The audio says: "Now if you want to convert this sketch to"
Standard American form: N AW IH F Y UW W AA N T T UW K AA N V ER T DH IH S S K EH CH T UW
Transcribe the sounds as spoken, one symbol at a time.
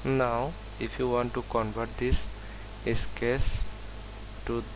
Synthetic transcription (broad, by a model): N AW IH F Y UW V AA N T T UW K AA N V ER T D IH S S K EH S T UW